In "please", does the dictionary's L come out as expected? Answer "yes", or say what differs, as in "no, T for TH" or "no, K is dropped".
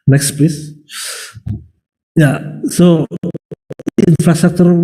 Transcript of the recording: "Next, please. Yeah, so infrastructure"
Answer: no, L is dropped